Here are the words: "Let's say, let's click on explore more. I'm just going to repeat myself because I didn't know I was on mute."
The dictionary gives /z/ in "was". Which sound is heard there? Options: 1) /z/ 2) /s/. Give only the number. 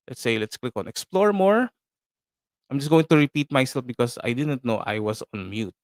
2